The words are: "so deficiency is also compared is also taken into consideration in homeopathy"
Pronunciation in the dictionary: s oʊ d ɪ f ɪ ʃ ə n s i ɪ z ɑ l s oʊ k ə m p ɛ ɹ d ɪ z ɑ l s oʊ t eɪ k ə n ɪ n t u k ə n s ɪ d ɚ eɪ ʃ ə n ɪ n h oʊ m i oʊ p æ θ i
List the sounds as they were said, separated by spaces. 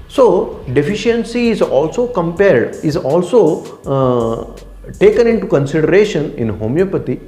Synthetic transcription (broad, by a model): s oʊ d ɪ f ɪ ʃ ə n s i ɪ z ɑ l s oʊ k ə m p ɛ ɹ d ɪ z ɑ l s oʊ t eɪ k ə n ɪ n t u k ə n s ɪ d ɚ eɪ ʃ ə n ɪ n h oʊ m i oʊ p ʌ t i